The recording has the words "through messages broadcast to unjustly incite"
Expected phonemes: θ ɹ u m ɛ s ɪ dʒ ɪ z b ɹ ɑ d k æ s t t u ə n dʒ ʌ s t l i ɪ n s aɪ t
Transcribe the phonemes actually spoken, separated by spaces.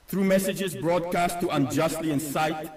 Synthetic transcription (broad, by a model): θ ɹ u m ɛ s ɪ dʒ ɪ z b ɹ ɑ d k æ s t t u ə n dʒ ʌ s t l i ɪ n s aɪ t